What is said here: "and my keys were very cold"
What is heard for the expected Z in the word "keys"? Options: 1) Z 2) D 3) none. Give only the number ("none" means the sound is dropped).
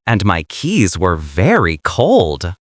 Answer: 1